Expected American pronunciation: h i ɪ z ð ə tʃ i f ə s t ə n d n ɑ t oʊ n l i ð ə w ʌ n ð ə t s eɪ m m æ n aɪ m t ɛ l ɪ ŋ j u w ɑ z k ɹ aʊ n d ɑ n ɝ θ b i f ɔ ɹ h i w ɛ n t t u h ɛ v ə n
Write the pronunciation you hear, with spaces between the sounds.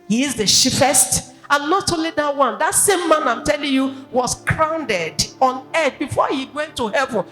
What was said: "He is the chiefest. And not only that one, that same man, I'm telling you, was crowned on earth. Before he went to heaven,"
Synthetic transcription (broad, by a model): h i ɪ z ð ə ʃ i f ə s t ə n n ɑ t oʊ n l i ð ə w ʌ n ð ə t s eɪ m m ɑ n aɪ m t ɛ l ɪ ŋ j u w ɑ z k ɹ aʊ n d ɑ n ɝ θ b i f ɔ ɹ h i w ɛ n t t u h ɛ v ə n